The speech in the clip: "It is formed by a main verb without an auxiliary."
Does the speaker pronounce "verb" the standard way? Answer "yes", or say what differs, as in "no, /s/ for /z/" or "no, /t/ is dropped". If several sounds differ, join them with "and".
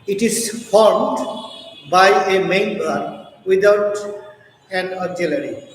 no, /b/ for /v/